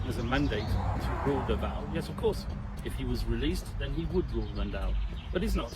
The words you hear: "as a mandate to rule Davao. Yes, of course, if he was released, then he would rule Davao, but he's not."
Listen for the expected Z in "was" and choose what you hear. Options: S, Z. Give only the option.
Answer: Z